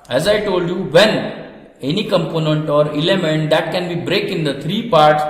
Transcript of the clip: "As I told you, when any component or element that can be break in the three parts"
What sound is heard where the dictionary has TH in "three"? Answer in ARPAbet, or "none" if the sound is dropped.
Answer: T